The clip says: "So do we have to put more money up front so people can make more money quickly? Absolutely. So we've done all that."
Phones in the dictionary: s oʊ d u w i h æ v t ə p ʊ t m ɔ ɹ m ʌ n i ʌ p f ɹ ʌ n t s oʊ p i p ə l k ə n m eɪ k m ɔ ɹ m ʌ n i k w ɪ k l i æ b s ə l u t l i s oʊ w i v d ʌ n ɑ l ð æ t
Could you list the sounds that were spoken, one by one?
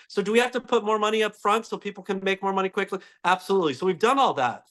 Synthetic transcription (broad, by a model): s oʊ d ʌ w i h æ f t ə p ʊ t m ɔ ɹ m ʌ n i ʌ p f ɹ ʌ n t s oʊ p i p l k ə n m eɪ k m ɔ ɹ m ʌ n i k w ɪ k l i æ b s ə l u t l i s oʊ w i v d ʌ n ɑ l ð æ t